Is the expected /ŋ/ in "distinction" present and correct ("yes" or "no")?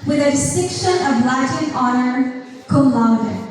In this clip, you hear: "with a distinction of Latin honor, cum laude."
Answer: no